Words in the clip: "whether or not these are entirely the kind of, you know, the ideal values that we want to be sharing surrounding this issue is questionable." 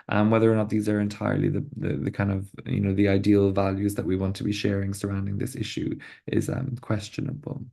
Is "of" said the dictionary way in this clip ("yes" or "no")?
yes